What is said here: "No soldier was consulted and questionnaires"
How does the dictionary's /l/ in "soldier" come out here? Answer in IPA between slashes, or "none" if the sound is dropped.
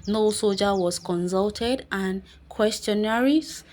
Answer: none